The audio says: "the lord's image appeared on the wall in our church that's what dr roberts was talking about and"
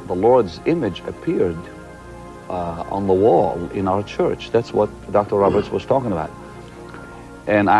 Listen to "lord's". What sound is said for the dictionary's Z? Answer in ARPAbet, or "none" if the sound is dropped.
Z